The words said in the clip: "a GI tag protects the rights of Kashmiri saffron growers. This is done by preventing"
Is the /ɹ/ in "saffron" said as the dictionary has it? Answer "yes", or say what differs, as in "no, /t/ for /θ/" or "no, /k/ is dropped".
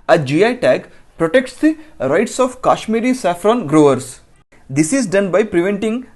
yes